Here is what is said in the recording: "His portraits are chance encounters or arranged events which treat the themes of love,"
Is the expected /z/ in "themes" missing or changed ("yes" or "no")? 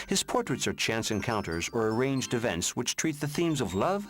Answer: no